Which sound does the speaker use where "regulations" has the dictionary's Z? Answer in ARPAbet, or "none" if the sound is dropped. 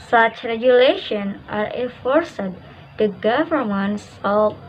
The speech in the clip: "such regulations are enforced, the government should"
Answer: none